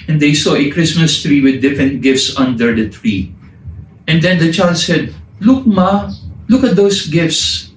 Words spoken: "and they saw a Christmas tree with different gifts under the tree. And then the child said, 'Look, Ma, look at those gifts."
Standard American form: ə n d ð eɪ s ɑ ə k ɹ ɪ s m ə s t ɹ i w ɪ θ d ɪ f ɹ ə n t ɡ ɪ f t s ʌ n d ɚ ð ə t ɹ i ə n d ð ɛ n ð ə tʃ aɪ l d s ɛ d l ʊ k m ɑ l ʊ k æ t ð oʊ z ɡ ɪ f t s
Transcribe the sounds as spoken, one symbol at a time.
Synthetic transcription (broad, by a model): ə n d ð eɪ s ɑ ə k ɹ ɪ s m ə s t ɹ i w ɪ d ɪ f ɹ ə n t ɡ ɪ f t s ʌ n d ɚ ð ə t ɹ i ə n d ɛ n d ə tʃ aɪ l d s ɛ d l ʊ k m ɑ l ʊ k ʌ t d oʊ s ɡ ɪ f t s